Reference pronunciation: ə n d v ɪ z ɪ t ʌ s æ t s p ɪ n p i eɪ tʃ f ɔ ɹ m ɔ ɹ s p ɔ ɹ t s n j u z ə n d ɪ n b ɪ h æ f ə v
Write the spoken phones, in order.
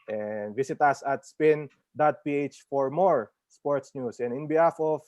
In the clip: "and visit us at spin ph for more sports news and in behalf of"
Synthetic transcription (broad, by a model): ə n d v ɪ s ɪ t ʌ s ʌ t s p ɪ n p i eɪ tʃ f ɔ ɹ m ɔ ɹ s p ɔ ɹ t s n j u s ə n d ɪ n b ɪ h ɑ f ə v